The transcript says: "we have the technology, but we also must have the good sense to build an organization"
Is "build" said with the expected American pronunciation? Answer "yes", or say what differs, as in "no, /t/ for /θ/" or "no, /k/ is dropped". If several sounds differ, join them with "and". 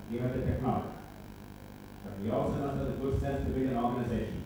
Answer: no, /l/ is dropped